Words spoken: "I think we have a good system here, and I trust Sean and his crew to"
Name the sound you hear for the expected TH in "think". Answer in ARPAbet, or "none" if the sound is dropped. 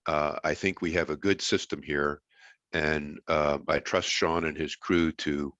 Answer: TH